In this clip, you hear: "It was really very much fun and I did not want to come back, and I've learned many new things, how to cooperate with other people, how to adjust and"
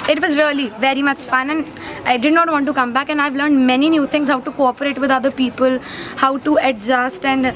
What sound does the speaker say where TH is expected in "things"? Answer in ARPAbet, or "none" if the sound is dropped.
T